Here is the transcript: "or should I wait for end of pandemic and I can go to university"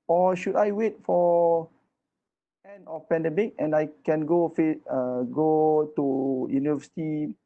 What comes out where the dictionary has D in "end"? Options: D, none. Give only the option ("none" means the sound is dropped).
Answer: none